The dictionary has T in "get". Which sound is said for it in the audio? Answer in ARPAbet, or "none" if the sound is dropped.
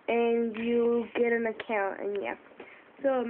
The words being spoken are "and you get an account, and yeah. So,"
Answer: T